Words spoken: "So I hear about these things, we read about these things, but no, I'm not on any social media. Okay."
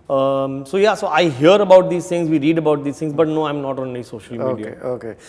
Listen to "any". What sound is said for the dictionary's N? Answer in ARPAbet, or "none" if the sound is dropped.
L